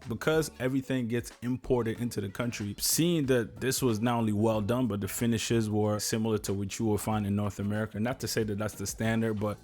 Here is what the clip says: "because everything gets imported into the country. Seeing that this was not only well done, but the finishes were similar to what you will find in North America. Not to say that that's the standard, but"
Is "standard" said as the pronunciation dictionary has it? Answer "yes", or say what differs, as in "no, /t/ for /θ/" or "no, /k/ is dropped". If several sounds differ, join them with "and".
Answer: yes